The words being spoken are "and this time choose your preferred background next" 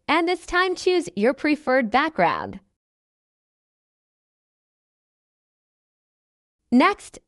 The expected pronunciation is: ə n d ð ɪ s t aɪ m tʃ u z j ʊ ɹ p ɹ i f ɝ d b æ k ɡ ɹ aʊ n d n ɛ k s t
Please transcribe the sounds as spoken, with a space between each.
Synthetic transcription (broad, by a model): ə n ð ɪ s t aɪ m tʃ u z j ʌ ɹ p ɹ i f ɝ d b æ k ɡ ɹ aʊ n d n ɛ k s t